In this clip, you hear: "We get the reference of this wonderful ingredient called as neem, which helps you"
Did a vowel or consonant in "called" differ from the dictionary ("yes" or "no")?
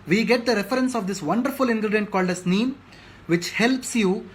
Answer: no